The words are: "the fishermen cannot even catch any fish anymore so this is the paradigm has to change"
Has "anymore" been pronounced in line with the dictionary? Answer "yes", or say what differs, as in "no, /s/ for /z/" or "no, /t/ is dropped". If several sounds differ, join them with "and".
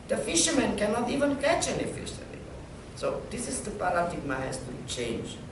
no, /l/ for /n/